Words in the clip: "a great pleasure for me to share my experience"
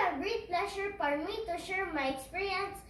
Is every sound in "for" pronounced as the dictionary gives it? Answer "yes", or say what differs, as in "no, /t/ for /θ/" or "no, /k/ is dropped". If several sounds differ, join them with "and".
no, /p/ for /f/